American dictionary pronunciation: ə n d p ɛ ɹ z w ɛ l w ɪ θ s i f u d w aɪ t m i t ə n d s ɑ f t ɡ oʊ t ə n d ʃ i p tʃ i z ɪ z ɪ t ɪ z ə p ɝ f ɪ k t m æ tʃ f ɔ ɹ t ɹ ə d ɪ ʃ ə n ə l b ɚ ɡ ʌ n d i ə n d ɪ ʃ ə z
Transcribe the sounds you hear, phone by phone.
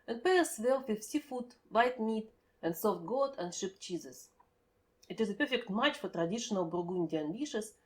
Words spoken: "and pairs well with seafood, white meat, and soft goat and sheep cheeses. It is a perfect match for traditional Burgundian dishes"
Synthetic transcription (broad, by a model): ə n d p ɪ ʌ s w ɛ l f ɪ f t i f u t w aɪ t m i t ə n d s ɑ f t ɡ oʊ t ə n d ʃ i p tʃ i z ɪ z ɪ t ɪ z ə p ɝ f ɪ k t m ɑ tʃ f ɔ ɹ t ɹ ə d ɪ ʃ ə n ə l b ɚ ɡ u n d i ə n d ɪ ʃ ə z